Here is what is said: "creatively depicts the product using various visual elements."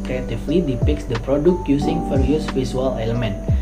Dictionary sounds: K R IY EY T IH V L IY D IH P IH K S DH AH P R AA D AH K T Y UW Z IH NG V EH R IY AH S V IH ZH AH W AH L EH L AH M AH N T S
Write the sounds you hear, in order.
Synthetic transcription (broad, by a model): K R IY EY T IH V L IY D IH P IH K S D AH P R AA D AH K T Y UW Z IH NG F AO R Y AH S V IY S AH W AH L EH L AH M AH N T